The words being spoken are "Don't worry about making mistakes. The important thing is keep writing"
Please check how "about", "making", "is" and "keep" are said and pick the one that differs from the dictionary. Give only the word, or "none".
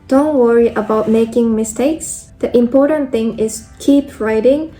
is